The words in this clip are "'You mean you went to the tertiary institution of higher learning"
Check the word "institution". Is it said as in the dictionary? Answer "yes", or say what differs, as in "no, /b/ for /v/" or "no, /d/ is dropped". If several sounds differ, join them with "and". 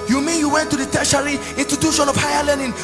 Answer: no, /s/ is dropped